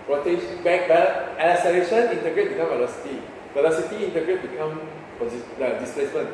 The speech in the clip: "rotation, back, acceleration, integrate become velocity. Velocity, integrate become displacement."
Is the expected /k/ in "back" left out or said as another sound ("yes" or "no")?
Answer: yes